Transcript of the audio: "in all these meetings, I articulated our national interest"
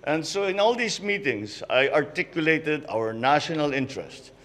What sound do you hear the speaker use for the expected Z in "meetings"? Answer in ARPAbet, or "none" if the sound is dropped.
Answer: S